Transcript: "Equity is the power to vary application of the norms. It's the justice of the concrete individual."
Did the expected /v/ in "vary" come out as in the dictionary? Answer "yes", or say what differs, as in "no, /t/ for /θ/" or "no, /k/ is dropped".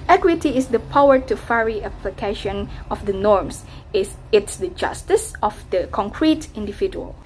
no, /f/ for /v/